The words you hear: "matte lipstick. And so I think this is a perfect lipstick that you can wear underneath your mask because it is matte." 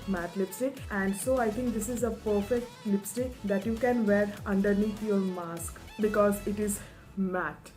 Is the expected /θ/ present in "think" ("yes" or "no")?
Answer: no